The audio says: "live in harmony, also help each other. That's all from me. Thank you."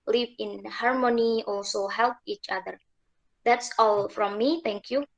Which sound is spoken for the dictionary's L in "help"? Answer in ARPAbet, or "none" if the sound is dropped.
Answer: L